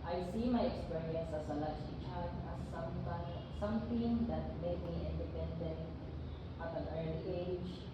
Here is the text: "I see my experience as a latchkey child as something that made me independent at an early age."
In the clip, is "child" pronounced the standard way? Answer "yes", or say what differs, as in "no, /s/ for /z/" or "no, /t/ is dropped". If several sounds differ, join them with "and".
no, /s/ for /tʃ/